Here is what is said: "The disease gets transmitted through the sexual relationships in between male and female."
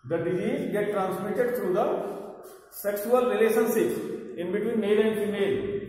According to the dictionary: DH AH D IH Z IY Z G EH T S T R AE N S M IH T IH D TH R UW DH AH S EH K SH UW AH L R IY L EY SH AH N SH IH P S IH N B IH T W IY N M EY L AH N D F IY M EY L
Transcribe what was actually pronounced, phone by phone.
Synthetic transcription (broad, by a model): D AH D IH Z IY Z G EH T T R AE N S M IH T IH D T R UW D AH S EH K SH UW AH L R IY L EY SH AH N S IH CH IH N B IH T W IY N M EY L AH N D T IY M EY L